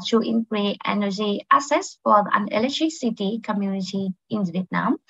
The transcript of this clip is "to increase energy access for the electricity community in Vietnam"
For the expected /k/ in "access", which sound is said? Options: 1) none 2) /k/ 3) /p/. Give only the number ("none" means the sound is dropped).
1